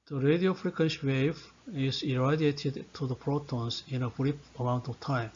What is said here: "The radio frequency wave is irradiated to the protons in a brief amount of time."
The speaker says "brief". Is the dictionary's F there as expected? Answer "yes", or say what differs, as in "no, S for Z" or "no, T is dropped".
no, P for F